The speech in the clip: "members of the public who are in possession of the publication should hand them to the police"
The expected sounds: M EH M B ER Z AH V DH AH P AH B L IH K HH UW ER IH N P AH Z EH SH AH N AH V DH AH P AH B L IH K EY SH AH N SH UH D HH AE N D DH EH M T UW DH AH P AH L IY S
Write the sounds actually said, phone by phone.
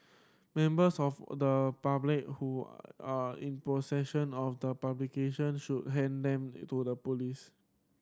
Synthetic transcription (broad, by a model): M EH M B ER S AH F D AH P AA B L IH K HH UW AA IH N P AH S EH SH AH N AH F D AH P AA B L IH K EY SH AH N SH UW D HH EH N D EH M T UW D AH P AH L IY S